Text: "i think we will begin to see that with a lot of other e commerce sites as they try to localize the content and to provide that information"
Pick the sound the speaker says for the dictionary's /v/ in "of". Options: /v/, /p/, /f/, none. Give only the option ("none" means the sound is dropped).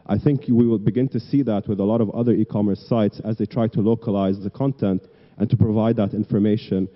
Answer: /v/